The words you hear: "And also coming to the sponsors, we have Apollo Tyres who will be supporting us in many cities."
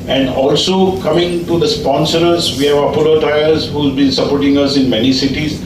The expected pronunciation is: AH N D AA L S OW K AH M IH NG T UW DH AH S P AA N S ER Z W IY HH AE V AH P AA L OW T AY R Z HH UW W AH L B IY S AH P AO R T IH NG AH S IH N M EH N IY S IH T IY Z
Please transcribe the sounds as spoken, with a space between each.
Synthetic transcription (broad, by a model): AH N D AA L S OW K AH M IH NG T UW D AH S P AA N S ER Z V IY HH AE V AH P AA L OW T AY L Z HH UW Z B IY S AH P AO R T IH NG AH S IH N M EH N IY S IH T IY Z